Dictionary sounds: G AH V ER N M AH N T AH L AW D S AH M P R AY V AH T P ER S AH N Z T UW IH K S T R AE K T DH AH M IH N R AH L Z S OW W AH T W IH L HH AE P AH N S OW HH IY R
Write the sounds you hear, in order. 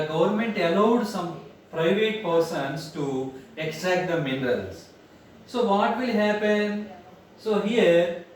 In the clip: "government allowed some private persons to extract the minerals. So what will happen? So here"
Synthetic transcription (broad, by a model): G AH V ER N M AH N T AH L AW D S AH M P R AY V AH T P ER S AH N S T UW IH K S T AE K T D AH M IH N R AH L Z S OW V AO T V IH L HH AE P AH N S OW HH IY R